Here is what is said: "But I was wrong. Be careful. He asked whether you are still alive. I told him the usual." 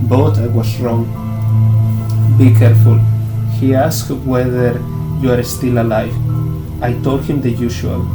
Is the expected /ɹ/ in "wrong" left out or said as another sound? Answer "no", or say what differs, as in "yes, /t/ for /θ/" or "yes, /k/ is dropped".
no